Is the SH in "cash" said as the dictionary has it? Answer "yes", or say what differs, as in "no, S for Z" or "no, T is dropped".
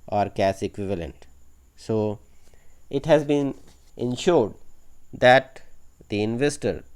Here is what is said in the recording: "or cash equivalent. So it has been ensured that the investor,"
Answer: no, S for SH